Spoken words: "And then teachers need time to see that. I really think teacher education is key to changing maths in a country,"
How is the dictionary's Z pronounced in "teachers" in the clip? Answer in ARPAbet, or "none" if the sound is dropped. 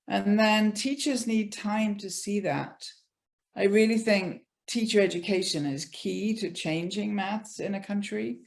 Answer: Z